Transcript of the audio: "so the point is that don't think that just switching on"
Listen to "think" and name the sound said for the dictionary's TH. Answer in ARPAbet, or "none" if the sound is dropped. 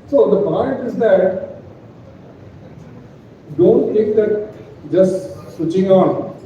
T